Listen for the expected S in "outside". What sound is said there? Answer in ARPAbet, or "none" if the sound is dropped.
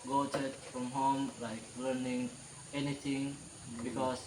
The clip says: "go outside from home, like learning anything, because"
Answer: none